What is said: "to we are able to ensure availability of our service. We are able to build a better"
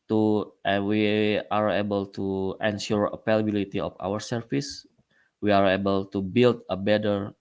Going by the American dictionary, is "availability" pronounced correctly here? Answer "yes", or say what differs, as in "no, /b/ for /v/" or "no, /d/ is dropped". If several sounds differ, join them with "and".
no, /p/ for /v/